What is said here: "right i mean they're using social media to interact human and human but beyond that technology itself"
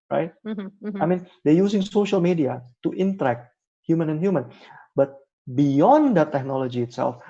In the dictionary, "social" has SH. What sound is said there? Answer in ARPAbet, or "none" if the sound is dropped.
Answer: SH